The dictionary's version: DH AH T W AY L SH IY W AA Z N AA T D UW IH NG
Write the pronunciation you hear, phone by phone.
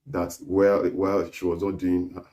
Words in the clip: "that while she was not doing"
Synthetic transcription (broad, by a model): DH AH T W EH W SH IY W AA Z N AA T D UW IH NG